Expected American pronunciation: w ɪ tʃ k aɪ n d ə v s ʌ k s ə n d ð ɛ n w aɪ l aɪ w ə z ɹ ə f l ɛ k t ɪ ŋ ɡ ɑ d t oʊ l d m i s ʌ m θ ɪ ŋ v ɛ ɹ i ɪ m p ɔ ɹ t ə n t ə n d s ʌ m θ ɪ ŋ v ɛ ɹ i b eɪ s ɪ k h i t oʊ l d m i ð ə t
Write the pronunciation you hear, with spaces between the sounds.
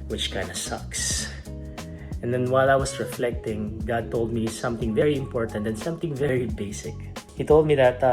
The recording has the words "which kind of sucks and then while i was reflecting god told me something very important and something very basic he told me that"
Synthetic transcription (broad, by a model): w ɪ tʃ k aɪ n d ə s ʌ k s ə n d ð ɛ n w aɪ l aɪ w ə s ɹ ə f l ɛ k t ɪ ŋ ɡ ɑ d t oʊ l d m i s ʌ m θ ɪ ŋ v ɛ ɹ i ɪ m p ɔ ɹ t ə n t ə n s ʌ m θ ɪ ŋ v ɛ ɹ i b eɪ s ɪ k h i t oʊ l d m i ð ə t